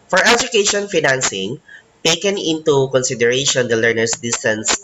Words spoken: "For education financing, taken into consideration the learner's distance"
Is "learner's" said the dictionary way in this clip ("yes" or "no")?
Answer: no